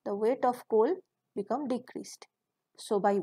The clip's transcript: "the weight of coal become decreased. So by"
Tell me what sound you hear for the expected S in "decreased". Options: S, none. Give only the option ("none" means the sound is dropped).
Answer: S